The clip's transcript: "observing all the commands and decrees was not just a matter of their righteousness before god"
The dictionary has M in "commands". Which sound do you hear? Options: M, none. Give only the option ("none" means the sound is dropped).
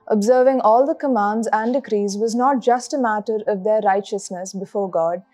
M